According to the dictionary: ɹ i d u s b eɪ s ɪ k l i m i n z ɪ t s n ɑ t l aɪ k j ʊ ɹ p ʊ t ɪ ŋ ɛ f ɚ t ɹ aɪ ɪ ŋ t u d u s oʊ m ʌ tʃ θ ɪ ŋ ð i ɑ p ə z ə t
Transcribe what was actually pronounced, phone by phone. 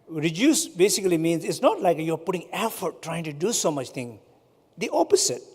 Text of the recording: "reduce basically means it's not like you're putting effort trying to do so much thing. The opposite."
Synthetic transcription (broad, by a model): ɹ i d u s b eɪ s ɪ k l i m i n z ɪ t s n ɑ t l aɪ k j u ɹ p ʊ t ɪ ŋ ɛ f ɚ t ɹ aɪ ɪ ŋ t u d u s oʊ m ʌ tʃ t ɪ ŋ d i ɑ p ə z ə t